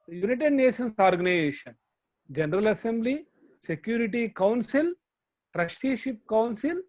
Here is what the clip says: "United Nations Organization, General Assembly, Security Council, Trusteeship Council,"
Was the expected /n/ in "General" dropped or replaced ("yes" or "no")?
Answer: no